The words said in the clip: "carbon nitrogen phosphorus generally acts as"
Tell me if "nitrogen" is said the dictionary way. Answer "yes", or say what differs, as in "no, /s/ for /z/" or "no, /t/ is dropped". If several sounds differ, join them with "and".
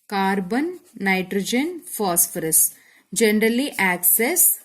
yes